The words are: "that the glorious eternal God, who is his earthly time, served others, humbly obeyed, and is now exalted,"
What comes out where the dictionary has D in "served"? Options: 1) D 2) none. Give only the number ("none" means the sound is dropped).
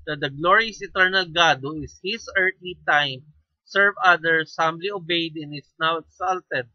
2